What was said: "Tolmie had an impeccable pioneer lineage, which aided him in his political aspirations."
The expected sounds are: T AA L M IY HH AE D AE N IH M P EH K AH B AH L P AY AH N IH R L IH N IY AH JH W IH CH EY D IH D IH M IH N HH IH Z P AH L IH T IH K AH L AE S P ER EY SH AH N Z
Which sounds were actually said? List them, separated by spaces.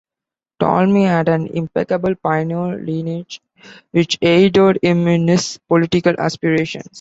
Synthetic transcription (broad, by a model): T AA L M IY HH AE D AE N IH M P EH K AH B AH L P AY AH N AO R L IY N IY JH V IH CH EY D IH D IH M IH N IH S P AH L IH T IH K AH L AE S P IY EY SH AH N S